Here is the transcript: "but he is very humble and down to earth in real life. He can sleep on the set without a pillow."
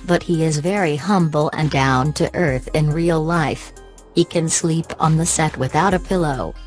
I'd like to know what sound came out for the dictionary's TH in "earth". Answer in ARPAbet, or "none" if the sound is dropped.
TH